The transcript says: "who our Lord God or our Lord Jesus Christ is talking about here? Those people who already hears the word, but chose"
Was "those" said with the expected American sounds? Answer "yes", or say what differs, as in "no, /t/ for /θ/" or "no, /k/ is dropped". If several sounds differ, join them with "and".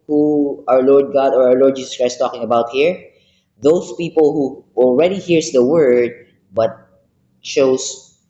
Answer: no, /s/ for /z/